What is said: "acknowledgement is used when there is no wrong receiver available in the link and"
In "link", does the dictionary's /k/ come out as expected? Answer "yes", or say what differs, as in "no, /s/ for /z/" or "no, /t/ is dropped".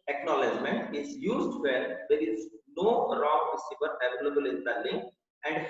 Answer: no, /k/ is dropped